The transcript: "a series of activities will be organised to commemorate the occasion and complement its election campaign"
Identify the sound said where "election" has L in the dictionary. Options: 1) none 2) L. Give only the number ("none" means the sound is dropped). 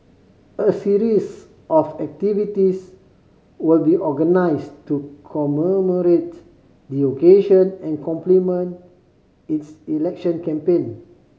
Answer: 2